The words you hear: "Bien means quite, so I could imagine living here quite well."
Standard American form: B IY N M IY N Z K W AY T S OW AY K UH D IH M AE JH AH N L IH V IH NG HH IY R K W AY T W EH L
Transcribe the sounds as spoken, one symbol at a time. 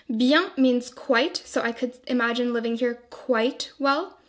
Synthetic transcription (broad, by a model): B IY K M IY N Z K W AY T S OW AY K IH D IH M AE JH AH N L IH V IH NG HH IY R K W AY T W EH L